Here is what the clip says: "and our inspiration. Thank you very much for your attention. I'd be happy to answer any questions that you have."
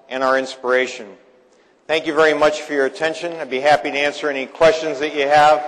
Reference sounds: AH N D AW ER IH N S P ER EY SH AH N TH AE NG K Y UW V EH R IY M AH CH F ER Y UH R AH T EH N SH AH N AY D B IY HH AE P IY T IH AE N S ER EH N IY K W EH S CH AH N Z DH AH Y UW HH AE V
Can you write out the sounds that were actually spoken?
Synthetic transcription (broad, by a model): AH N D AW ER IH N S P ER EY SH AH N TH AE NG K Y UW V EH R IY M AH CH F ER Y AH R AH T EH N SH AH N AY B IY HH AE P IY T IH AE N S ER EH N IY K W EH S CH AH N Z DH AH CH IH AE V